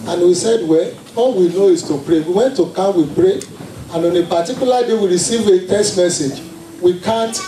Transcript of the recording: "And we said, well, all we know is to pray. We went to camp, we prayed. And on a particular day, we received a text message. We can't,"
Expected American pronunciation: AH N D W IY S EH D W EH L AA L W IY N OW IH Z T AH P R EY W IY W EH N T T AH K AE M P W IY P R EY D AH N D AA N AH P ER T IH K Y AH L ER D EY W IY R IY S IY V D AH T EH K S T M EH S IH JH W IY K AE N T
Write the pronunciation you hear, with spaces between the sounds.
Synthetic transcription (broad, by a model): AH N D W IY S EH D W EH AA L W IY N OW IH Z T AH P R EY W IY W EH N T T AH K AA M W IY P R EY AH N AA N AH P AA T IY K Y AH L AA D EY W IY R IY S IY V AH T EH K S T M EH S IH JH W IY K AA N T